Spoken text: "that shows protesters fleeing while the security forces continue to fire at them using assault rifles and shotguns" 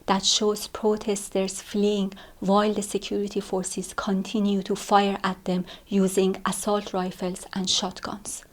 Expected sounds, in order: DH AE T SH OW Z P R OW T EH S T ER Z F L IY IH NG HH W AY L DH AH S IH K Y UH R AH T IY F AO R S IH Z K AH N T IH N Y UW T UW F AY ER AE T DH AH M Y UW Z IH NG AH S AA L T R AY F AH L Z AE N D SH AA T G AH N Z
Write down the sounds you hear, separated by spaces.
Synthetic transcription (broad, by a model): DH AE T SH OW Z P R OW T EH S T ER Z F L IY IH NG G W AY L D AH S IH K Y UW R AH T IY F AO R S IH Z K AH N T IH N Y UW T UW F AY ER AE T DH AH M Y UW Z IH NG AH S AA L T R AY F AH L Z AE N D SH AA T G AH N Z